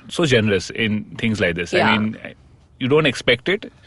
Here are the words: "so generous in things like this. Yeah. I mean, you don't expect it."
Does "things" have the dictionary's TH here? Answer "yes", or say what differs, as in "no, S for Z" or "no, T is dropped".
no, T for TH